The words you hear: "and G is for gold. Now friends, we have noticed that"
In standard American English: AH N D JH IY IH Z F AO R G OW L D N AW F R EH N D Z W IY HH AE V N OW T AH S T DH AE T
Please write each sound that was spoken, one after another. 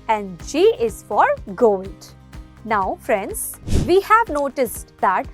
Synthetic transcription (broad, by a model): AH N D SH IY IH Z F AO R G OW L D N AW F R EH N D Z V IY HH AE V N OW T AH S T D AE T